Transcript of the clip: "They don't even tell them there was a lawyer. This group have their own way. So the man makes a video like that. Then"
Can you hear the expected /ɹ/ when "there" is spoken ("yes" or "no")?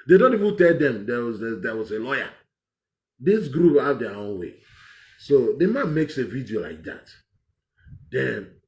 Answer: no